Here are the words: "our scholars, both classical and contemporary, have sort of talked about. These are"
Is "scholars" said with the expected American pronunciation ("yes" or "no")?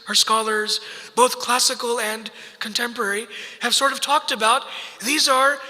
yes